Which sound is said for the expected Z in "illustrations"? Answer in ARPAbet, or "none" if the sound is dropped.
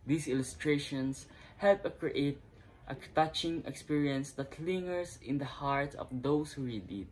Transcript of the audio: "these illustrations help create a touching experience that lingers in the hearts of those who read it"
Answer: S